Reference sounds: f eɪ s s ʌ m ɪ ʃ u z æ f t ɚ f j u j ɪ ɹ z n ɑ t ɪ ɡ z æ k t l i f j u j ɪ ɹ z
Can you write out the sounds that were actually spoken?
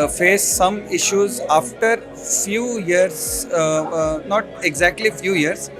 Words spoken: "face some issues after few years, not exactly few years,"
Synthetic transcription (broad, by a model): f eɪ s s ʌ m ɪ ʃ u z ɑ f t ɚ f j u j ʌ ɹ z n ɑ t ɪ ɡ z æ k t l i f j u j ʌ ɹ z